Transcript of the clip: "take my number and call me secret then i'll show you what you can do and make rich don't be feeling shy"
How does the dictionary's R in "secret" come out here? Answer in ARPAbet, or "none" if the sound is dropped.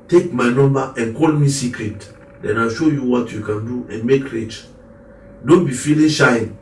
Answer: R